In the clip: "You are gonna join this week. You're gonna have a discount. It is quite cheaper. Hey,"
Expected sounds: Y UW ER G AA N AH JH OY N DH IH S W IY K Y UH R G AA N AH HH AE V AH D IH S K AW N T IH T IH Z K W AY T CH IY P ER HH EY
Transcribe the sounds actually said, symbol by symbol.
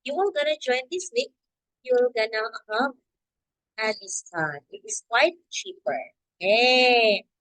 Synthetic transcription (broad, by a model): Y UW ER G AA N AH JH OY N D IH S W IY K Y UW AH G AA N AH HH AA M AH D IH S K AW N IH T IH S K W AY T CH IY P ER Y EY